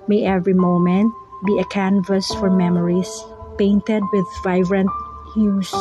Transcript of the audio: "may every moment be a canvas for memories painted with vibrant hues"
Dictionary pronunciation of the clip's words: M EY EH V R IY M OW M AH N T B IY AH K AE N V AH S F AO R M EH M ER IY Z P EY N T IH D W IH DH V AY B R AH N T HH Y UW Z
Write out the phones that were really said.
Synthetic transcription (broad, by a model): M EY EH V R IY M OW M AH N T B IY AH K AE N V AH S F AO R M EH M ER IY S P EY N T IH D W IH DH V AY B R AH N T HH Y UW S